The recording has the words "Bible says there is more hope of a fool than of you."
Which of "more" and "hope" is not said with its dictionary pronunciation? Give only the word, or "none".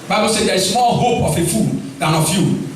more